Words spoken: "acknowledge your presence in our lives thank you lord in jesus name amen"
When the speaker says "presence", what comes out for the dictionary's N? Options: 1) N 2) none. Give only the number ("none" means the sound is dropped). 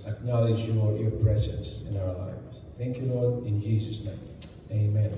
1